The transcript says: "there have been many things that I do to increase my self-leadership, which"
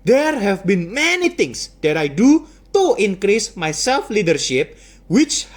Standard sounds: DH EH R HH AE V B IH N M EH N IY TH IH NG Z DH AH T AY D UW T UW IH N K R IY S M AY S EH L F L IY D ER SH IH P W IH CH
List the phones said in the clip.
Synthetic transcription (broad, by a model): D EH R HH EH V B IH N M EH N IY T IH NG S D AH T AY D UW T UW IH N K R IY S M AY S EH L F L IY D ER SH IH P W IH CH